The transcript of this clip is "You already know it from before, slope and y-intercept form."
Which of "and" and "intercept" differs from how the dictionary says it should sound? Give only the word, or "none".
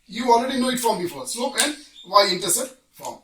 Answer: intercept